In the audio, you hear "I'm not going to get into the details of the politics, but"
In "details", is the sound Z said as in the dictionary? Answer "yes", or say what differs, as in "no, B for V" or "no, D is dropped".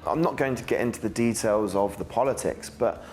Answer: yes